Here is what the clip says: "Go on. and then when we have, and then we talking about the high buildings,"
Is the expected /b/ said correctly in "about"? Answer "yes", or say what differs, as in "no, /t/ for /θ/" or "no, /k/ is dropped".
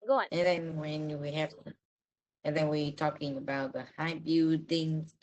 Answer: yes